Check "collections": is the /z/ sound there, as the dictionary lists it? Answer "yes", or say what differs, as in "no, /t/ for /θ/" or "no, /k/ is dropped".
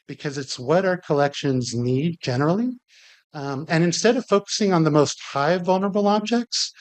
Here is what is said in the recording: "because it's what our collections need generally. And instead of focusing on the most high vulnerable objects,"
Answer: yes